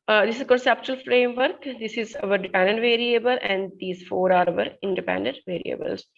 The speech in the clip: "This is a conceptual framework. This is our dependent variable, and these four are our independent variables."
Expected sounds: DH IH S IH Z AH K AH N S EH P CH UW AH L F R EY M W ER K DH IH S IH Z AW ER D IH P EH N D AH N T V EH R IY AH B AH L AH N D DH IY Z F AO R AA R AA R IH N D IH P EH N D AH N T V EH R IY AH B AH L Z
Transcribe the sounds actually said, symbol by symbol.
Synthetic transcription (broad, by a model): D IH S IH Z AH K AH N S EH P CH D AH L F R EY M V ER K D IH S IH Z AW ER D IH P EH N D AH N T V EH R IY AH B AH L AH N D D IY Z F AO R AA R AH R IH N D IH P EH N D AH N T V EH R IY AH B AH L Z